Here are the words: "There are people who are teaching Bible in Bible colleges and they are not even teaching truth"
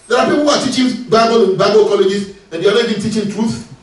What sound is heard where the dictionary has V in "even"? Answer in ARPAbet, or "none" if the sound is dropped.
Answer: B